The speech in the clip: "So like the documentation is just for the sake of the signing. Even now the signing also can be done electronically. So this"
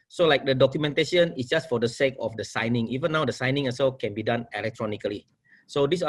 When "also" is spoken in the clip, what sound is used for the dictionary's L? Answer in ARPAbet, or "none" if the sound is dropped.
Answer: none